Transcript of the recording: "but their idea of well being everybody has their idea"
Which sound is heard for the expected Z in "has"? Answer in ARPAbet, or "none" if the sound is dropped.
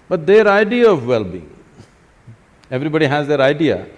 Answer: Z